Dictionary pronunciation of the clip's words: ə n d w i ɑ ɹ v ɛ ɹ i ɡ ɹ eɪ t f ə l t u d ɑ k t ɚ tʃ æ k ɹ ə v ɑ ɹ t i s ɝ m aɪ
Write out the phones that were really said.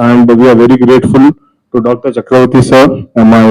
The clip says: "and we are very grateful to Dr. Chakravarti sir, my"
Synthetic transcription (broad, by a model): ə n d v i ɑ ɹ v ɛ ɹ i ɡ ɹ eɪ t f ə l t u d ɑ k t ɚ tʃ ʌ k ɹ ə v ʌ t i s ɝ m aɪ